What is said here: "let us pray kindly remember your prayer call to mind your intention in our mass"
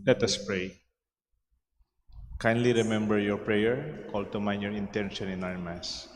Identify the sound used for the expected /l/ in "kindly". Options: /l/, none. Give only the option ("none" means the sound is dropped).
/l/